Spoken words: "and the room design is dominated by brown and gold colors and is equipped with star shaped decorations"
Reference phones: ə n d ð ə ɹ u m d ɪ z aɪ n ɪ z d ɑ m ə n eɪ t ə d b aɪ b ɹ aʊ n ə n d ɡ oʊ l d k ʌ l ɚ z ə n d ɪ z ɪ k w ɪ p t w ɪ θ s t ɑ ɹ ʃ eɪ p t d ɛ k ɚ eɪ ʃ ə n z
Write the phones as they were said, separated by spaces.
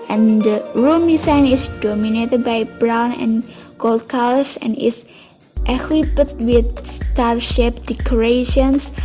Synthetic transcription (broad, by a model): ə n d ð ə ɹ u m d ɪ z aɪ n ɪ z d ɑ m ə n eɪ t ə d b aɪ b ɹ aʊ n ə n ɡ oʊ l d k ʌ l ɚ s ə n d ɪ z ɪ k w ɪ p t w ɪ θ s t ɑ ɹ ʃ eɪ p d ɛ k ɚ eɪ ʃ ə n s